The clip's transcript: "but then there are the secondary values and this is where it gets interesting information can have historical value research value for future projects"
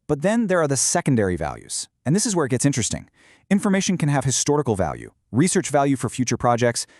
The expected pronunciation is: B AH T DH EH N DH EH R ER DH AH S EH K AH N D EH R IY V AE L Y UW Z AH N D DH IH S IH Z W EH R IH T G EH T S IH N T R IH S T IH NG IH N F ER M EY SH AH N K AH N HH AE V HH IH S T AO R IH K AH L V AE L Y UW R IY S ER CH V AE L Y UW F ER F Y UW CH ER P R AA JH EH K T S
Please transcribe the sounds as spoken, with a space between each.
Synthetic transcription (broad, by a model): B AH T DH EH N DH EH R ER DH AH S EH K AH N D EH R IY V AE L Y UW Z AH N DH IH S IH Z W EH R IH T G EH T S IH N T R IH S T IH NG IH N F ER M EY SH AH N K AH N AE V HH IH S T AO R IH K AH L V AE L Y UW R IY S ER CH V AE L Y UW F ER F Y UW CH ER P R AA JH EH K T S